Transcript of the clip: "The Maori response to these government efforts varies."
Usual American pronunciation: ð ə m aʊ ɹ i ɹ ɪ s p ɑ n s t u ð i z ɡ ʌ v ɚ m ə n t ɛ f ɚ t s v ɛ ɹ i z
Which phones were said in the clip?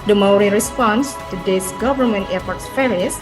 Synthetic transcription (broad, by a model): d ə m aʊ ɹ i ɹ ɪ s p ɑ n s t u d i s ɡ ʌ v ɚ m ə n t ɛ p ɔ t s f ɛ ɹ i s